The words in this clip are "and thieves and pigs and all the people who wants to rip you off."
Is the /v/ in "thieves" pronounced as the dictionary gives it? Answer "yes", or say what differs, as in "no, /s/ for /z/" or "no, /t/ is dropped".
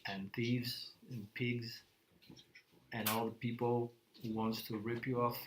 yes